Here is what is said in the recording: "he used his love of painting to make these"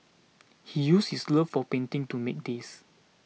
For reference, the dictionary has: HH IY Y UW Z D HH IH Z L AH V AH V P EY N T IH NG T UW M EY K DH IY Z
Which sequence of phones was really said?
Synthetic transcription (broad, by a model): HH IY Y UW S HH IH S L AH F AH P EY N T IH NG T UW M EY K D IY S